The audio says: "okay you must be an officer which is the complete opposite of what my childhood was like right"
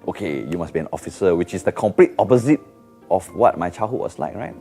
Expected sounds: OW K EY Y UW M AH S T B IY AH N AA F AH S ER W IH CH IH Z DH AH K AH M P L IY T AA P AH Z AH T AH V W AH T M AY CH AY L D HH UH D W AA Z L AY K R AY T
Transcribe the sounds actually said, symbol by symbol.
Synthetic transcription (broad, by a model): OW K EY Y UW M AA S B IY AH N AA F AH S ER W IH CH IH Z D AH K AH M P L IY T AA P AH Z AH T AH F W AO T M AY CH AY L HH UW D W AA S L AY K R AY T